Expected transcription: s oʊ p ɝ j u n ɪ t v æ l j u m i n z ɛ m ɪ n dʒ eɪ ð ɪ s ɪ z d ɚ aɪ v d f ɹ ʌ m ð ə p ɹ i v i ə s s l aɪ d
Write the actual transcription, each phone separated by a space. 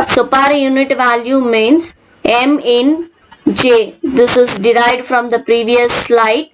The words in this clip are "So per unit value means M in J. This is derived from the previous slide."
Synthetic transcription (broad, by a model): s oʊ p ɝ j u n ɪ t v æ l j u m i n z ɛ m ɪ n dʒ eɪ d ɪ s ɪ z d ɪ aɪ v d f ɹ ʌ m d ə p ɹ i v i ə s s l aɪ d